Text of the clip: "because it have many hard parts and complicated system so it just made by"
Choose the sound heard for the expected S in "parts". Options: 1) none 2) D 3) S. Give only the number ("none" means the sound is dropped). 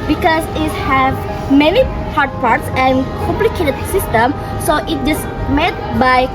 3